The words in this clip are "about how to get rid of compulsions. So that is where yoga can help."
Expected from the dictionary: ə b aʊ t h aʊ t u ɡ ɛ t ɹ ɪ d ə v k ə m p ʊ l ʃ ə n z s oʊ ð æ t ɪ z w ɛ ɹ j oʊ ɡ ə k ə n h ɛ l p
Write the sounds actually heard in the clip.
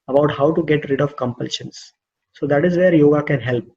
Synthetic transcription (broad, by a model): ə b aʊ t h aʊ t u ɡ ɛ t ɹ ɪ d ə v k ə m p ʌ l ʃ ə n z s oʊ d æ t ɪ z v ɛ ɹ j oʊ ɡ ə k ə n h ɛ l p